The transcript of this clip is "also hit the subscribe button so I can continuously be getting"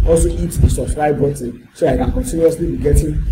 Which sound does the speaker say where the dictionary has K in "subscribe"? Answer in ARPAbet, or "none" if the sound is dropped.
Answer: none